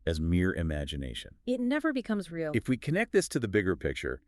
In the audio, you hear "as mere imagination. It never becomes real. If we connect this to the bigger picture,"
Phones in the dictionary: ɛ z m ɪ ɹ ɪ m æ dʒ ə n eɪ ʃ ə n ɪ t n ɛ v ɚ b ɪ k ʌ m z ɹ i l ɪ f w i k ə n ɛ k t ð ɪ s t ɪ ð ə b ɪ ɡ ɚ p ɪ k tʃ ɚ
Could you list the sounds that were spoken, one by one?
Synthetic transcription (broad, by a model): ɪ z m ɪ ɹ ɪ m æ dʒ ə n eɪ ʃ ə n ɪ t n ɛ v ɚ b ɪ k ʌ m z ɹ i l ɪ f w i k ə n ɛ k t ð ɪ s t ɪ ð ə b ɪ ɡ ɚ p ɪ k tʃ ɚ